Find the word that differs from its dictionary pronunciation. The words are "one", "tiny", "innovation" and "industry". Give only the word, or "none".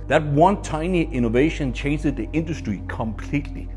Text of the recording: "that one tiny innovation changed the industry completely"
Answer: none